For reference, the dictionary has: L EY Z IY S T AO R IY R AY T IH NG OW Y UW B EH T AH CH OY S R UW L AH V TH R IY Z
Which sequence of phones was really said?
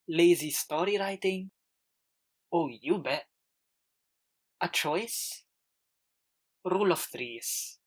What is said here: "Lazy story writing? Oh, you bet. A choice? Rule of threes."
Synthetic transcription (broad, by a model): L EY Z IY S T AO R IY R AY T IH NG OW Y UW B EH AH CH OY S R UW L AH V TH R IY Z